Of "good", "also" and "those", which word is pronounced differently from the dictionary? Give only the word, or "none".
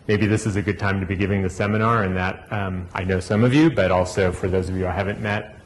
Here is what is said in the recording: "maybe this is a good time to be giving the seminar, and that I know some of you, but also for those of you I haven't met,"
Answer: none